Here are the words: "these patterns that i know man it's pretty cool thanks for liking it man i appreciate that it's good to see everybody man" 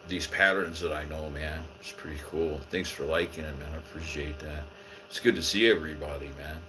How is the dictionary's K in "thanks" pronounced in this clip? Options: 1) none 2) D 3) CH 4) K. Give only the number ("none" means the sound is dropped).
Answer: 4